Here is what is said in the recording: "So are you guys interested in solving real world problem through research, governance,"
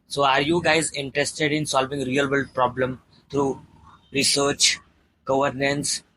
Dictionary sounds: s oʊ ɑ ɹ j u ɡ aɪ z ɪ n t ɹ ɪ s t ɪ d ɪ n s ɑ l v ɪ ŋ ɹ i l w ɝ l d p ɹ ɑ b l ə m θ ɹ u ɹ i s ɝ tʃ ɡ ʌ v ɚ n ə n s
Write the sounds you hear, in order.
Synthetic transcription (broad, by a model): s oʊ ɑ ɹ j u ɡ aɪ z ɪ n t ɹ ɪ s t ɪ d ɪ n s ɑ l v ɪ ŋ ɹ i l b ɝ l p ɹ ɑ b l ə m t ɹ u ɹ i s ɝ tʃ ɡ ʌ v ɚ n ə n s